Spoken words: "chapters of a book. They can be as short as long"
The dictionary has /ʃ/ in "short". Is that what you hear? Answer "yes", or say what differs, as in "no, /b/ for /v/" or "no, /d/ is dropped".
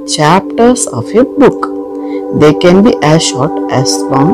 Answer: yes